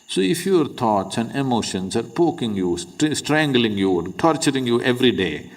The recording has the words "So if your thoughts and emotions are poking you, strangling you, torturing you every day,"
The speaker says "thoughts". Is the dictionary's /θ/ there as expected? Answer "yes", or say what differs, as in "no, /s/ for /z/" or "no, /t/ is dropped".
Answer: no, /t/ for /θ/